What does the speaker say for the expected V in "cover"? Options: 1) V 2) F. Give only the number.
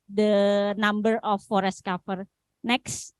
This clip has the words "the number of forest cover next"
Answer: 2